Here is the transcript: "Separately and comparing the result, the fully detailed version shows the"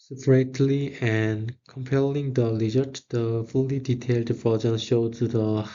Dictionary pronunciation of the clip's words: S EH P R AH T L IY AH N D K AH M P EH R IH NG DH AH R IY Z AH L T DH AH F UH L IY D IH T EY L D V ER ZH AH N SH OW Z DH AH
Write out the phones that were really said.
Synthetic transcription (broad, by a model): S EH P R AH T L IY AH N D K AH M P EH L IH NG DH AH L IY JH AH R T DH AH F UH L IY D IH T EY L D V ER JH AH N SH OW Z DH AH